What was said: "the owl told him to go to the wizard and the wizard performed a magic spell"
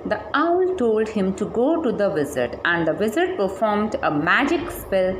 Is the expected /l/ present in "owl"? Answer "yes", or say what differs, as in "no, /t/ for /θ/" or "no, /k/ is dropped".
yes